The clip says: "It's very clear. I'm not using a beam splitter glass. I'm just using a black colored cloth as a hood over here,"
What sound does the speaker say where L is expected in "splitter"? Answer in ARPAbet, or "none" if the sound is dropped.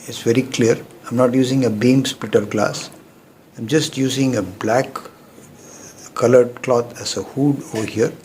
L